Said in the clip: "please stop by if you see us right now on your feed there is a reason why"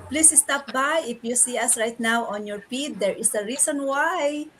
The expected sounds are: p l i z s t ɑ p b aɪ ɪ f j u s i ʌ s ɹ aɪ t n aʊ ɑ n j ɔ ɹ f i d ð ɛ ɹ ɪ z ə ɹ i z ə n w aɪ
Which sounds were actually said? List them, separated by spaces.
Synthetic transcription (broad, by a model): p l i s s t ɑ p b aɪ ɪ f j u s i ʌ s ɹ aɪ t n aʊ ɑ n j ɔ ɹ p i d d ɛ ɹ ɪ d ə ɹ i s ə n w aɪ